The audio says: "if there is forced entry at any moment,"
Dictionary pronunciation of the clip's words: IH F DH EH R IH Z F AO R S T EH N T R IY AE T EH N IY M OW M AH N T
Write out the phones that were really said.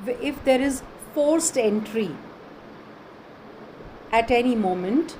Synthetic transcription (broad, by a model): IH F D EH R IH Z F AO R S T EH N T R IY AE T EH N IY M OW M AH N T